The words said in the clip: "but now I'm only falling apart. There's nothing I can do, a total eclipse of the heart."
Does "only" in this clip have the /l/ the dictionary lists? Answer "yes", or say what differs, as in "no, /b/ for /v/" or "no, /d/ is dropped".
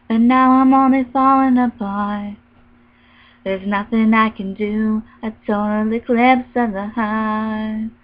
yes